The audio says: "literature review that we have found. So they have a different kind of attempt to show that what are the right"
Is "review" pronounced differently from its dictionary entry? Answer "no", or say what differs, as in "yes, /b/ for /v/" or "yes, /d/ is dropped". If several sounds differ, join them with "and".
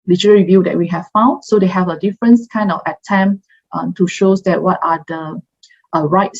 no